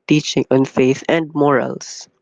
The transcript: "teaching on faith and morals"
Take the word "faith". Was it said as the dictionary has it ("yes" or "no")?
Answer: yes